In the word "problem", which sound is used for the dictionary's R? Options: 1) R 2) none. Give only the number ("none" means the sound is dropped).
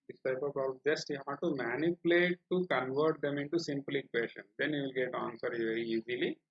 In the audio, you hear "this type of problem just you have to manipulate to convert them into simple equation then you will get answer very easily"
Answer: 2